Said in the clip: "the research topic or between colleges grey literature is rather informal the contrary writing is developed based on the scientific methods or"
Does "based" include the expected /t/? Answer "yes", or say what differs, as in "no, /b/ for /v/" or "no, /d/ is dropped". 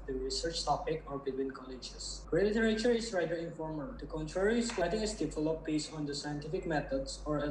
no, /t/ is dropped